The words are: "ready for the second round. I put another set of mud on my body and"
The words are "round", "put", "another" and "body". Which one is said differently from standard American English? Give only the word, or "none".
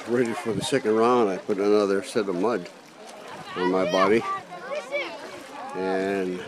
round